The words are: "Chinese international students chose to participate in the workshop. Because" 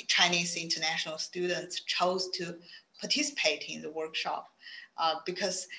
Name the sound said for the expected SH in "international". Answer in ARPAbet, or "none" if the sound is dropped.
SH